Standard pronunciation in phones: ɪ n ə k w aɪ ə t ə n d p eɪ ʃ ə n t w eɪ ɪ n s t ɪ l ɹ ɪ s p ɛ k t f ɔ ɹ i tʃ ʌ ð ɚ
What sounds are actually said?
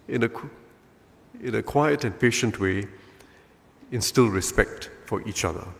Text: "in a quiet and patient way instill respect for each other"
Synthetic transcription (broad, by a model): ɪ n ə k w aɪ ə t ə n p eɪ ʃ ə n t w eɪ ɪ n s t ɪ l ɹ ɪ s p ɛ k t f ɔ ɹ i tʃ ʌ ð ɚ